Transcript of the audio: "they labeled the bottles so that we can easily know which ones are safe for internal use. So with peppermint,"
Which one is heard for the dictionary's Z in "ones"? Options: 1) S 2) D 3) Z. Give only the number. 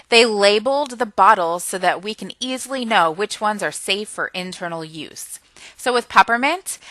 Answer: 3